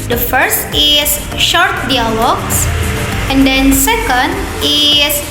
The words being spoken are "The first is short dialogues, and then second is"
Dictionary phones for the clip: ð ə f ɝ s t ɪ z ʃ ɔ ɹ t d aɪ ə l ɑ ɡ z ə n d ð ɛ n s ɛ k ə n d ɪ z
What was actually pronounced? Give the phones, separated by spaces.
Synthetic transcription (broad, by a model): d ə f ɝ s t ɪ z ʃ ɔ ɹ t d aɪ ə l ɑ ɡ s ə n d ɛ n s ɛ k ə n d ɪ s